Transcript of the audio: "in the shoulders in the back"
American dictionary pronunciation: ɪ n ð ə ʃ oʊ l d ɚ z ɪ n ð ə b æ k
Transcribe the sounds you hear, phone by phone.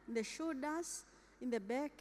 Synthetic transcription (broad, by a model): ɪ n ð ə ʃ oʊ d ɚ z ɪ n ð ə b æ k